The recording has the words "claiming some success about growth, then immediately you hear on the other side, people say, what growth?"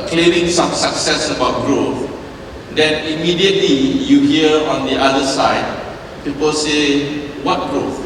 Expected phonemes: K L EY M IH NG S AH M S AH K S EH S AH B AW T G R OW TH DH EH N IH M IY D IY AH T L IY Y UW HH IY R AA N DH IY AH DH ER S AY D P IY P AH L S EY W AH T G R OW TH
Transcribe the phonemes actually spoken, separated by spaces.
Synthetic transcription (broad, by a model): K L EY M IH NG S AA M S AH K S EH S AH B AW T G R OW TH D EH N IH M IY D IY AH T L IY Y UW HH IY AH AA N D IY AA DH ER S AY D P IY P AH L S EY W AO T G R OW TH